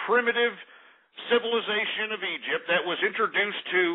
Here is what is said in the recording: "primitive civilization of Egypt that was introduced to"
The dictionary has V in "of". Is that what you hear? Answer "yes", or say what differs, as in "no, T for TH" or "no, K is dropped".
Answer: yes